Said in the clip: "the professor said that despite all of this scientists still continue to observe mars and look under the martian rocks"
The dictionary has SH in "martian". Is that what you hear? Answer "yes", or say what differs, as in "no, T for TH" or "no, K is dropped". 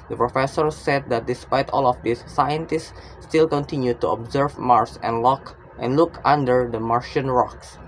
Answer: yes